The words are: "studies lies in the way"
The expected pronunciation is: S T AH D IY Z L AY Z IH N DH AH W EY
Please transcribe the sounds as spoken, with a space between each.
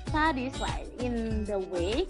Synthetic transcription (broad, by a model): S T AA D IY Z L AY IH N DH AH W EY